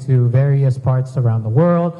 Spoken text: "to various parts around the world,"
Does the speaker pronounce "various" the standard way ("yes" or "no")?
yes